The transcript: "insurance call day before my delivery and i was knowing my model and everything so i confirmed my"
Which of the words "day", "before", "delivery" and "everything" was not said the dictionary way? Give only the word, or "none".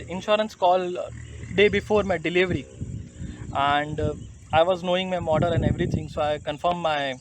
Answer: everything